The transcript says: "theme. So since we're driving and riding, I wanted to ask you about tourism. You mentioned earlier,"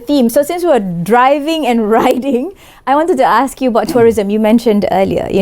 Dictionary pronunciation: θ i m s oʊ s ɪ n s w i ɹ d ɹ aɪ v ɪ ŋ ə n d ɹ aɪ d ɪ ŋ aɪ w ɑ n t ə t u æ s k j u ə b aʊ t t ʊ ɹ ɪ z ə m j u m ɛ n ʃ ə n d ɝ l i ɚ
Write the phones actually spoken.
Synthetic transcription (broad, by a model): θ i m s oʊ s ɪ n s w i w d ɹ aɪ v ɪ ŋ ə n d ɹ aɪ d ɪ ŋ aɪ w ɑ n t ə t u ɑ s k j u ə b aʊ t t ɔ ɹ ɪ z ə m j u m ɛ n ʃ ə n d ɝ l i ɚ